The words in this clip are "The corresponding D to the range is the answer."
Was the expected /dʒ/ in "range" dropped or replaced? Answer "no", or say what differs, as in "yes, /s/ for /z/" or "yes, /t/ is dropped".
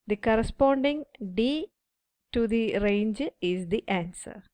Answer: no